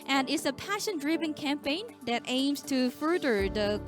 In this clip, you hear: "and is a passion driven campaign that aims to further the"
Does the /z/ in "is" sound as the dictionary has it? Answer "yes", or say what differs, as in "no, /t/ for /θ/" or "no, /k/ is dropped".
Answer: no, /s/ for /z/